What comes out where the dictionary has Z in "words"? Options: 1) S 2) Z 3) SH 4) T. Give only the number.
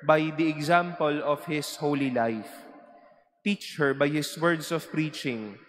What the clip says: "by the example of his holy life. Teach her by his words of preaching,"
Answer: 1